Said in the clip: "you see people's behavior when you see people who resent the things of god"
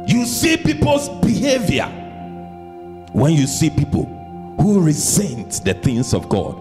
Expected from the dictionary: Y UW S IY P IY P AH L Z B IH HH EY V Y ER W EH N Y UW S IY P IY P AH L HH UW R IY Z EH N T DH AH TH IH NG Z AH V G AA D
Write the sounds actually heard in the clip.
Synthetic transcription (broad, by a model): Y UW S IY P IY P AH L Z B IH HH EY V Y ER W EH N Y UW S IY P IY P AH L HH UW R IY Z EH N T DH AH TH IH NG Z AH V G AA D